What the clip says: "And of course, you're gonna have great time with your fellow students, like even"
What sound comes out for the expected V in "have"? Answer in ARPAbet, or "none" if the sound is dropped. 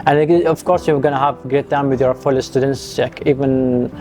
V